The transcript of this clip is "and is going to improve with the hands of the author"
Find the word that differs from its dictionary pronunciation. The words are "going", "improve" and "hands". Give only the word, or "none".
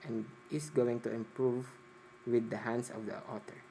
hands